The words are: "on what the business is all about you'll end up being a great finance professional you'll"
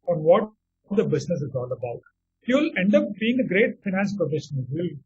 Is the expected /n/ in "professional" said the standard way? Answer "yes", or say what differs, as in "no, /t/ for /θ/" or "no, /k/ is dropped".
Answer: no, /n/ is dropped